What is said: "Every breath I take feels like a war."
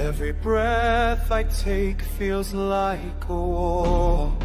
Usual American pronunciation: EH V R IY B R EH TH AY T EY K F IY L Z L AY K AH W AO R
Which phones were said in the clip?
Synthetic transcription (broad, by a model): EH V R IY B R EH TH AY T EY K F IY L Z L AY K AH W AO